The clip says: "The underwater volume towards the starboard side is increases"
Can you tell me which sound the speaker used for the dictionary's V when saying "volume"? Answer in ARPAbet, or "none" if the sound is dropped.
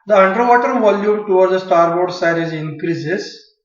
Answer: V